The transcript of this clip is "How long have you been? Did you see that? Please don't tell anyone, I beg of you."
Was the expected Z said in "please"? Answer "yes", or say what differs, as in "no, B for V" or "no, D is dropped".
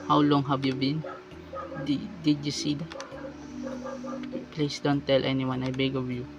no, S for Z